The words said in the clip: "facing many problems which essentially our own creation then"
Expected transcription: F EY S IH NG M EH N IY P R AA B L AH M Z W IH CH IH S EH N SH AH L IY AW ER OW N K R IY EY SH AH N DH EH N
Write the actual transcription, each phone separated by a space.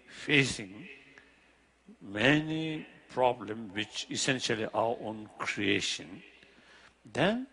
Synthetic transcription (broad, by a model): F EY S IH NG M EH N IY P R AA B L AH M W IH CH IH S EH N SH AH L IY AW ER OW N K R IY EY SH AH N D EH N